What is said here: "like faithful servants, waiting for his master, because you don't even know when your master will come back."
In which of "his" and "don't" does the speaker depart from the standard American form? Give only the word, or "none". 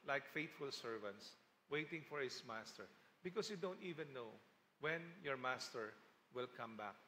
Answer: his